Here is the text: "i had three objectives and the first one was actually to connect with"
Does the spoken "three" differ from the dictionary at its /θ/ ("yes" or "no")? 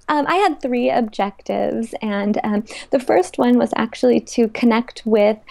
no